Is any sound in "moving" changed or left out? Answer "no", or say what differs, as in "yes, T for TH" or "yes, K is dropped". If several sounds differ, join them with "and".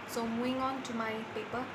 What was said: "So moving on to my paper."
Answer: yes, V is dropped